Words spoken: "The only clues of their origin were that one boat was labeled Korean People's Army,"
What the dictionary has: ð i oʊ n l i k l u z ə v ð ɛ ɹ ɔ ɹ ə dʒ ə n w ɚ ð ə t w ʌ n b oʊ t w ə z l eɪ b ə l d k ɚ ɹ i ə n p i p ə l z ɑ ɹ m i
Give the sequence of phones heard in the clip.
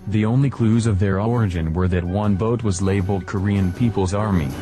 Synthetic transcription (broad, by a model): ð i oʊ n l i k l u z ə v ð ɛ ɹ ɔ ɹ ə dʒ ə n w ɚ ð ə t w ʌ n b oʊ t w ə z l eɪ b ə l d k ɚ ɹ i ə n p i p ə l z ɑ ɹ m i